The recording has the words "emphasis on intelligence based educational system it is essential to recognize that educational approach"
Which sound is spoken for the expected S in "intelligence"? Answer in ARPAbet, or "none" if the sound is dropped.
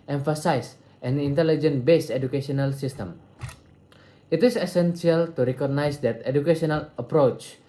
none